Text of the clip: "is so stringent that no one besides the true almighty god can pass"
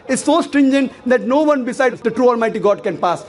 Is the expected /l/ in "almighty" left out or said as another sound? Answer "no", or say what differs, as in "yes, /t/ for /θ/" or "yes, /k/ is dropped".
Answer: no